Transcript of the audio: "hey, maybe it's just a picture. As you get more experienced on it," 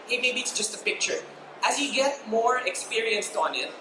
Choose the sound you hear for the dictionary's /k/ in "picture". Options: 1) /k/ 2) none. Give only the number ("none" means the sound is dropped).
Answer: 1